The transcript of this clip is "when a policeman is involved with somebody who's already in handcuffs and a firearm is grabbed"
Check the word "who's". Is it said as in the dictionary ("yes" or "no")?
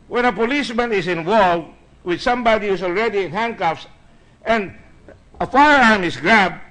no